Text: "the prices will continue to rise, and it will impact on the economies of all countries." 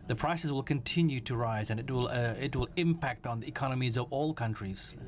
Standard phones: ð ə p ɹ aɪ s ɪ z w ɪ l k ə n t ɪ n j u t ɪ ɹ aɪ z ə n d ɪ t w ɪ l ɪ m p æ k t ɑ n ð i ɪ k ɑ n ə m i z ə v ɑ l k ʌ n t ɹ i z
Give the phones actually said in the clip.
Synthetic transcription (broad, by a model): ð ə p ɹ aɪ s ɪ s w ɪ l k ə n t ɪ n j u t ɪ ɹ aɪ z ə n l ɪ t w ɪ l ɪ m p æ k t n ð i ɪ k ɑ n ə m i z ə v ɑ l k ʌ n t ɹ i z